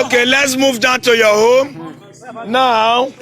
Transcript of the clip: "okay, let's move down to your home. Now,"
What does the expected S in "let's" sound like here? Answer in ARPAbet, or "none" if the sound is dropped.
S